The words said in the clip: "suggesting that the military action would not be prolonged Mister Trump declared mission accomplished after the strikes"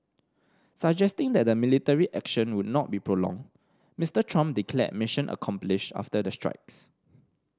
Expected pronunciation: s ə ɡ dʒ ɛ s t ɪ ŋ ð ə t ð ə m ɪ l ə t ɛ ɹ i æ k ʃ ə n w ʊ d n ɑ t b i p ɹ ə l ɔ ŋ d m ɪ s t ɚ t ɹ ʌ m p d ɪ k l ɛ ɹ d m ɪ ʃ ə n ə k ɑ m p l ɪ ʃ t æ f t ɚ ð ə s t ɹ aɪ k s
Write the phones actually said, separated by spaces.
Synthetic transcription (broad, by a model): s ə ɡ dʒ ɛ s t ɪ ŋ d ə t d ə m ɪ l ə t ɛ ɹ i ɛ k ʃ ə n w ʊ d n ɑ t b i p ɹ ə l ɔ ŋ m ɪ s t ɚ t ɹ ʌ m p d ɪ k l ɛ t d m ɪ ʃ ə n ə k ɑ m p l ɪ ʃ ɑ f t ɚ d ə s t ɹ aɪ k s